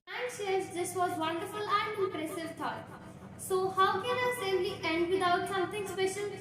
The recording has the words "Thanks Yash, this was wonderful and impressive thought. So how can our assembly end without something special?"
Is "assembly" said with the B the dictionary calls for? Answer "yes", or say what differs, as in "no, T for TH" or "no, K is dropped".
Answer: no, B is dropped